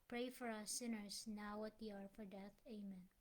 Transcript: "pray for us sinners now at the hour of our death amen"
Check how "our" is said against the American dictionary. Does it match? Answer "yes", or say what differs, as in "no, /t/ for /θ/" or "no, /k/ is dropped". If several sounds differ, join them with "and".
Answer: yes